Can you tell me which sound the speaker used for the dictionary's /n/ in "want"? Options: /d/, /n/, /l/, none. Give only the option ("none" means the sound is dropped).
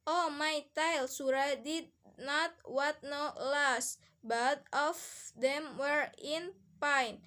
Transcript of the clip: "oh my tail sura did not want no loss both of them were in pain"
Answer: none